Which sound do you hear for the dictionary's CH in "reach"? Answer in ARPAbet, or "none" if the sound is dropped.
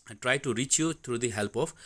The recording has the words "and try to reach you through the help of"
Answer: CH